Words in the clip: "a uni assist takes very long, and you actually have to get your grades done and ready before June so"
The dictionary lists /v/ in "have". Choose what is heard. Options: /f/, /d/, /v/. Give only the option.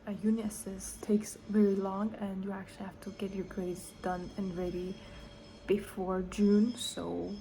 /f/